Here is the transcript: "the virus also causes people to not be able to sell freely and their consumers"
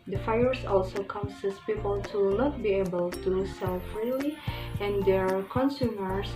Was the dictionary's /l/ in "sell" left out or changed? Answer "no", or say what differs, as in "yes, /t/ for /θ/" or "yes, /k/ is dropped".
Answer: no